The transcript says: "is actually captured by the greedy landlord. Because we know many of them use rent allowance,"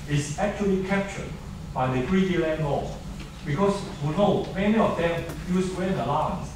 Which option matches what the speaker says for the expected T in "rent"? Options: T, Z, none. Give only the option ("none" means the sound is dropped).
none